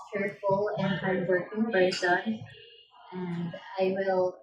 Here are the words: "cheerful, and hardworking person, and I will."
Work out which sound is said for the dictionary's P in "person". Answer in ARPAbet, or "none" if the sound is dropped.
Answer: B